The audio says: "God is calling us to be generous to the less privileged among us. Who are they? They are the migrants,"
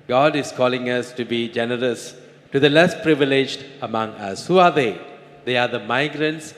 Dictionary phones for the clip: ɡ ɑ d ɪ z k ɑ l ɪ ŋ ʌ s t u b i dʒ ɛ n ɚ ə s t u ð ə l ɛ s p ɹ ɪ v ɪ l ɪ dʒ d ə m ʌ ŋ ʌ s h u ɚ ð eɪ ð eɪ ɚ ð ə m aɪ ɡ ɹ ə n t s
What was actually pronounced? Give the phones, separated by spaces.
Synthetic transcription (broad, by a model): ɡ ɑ d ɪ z k ɑ l ɪ ŋ ʌ s t u b i dʒ ɛ n ɚ ə s t u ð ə l ɛ s p ɹ ɪ v ɪ l ɪ dʒ d ə m ʌ ŋ ʌ s h u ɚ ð eɪ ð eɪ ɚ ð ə m aɪ ɡ ɹ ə n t s